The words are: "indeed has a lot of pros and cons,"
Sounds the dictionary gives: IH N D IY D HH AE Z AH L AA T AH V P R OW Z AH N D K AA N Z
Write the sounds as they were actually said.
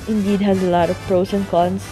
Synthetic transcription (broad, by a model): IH N D IY D HH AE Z AH L AA T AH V P R OW S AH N K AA N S